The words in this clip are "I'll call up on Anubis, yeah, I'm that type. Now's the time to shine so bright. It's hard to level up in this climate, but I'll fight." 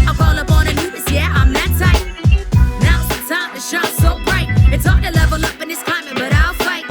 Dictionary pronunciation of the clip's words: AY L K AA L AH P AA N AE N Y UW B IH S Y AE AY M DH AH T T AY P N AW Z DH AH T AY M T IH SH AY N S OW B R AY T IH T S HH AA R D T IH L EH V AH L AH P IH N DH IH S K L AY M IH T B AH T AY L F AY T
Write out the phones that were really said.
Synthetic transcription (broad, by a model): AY K AA L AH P AA N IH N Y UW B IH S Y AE AY M DH AH T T AY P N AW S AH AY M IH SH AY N S OW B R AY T IH T S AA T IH L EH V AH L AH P IH N DH IH S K AY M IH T B AH T AY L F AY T